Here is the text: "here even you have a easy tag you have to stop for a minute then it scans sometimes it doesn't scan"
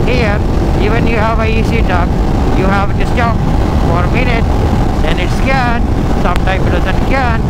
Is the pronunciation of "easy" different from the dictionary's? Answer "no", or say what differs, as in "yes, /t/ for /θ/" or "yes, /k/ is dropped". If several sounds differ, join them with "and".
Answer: yes, /s/ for /z/